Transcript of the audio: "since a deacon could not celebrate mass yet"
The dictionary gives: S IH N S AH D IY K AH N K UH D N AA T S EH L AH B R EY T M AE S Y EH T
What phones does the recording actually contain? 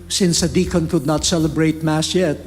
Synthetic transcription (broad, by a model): S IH N S AH D IY K AH N K UH D N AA T S EH L AH B R EY T M AE S Y EH T